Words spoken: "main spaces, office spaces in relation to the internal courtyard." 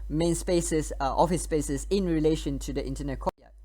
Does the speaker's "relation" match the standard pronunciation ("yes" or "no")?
yes